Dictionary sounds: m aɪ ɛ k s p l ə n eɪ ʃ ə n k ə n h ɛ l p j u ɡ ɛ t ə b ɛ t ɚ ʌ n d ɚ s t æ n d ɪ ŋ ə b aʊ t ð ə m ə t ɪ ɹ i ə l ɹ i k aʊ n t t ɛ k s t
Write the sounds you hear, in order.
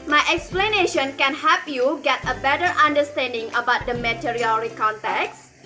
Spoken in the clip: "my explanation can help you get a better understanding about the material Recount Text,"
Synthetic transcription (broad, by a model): m aɪ ɛ k s p l ə n eɪ ʃ ə n k ə n h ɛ p j u ɡ ɛ t ə b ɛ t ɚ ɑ n d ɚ s t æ n d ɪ ŋ ə b aʊ t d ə m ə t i ɹ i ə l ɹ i k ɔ n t t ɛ k s